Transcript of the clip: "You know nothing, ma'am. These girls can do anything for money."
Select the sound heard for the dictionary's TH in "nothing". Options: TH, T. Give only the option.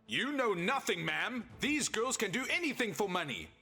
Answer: TH